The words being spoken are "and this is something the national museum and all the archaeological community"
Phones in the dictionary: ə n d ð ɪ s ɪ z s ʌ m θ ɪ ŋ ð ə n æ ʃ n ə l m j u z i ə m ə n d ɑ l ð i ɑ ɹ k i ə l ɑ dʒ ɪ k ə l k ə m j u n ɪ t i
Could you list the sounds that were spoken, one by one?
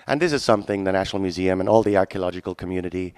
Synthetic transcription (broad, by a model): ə n ð ɪ s ɪ z s ʌ m θ ɪ ŋ ð ə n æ ʃ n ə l m j u z i ə m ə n ɑ l ð i ɑ ɹ k i ə l ɑ dʒ ɪ k ə l k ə m j u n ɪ t i